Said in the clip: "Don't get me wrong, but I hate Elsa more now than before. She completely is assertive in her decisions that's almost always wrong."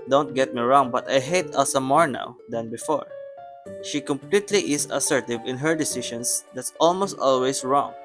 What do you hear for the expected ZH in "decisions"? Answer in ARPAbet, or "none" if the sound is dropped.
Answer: SH